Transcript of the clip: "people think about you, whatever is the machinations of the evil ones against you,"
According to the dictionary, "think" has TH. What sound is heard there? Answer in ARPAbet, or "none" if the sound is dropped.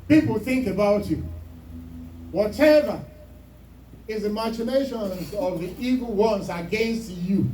TH